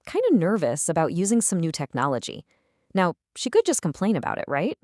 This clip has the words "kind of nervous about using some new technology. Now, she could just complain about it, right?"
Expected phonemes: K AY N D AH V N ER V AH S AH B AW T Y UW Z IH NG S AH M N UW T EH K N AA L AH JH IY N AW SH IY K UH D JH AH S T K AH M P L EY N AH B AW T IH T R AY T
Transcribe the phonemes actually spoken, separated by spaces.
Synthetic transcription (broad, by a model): K AY N D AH N ER V AH S AH B AW T Y UW Z IH NG S AH M N UW T EH K N AA L AH JH IY N AW SH IY K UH D JH AH S K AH M P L EY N AH B AW T IH T R AY T